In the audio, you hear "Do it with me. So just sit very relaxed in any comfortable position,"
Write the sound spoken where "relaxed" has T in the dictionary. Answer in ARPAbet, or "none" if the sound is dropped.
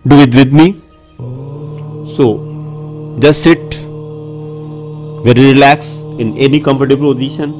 none